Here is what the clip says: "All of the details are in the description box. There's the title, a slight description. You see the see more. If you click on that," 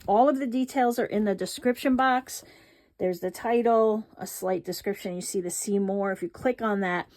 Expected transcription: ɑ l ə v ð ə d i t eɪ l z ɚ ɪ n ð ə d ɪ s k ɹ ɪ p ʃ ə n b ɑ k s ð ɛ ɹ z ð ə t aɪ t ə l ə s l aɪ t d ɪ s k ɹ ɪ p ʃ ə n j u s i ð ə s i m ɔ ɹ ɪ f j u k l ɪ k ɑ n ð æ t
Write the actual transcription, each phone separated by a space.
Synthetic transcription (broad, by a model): ɑ l ə v ð ə d i t eɪ l z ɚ ɪ n ð ə d ɪ s k ɹ ɪ p ʃ ə n b ɑ k s ð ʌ ɹ z ð ə t aɪ t l ə s l aɪ t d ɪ s k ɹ ɪ p ʃ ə n j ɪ s i ð ə s i m ɔ ɹ ɪ f j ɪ k l ɪ k n ð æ t